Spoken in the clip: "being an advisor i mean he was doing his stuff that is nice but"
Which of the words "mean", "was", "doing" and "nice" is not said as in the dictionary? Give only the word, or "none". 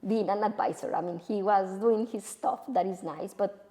none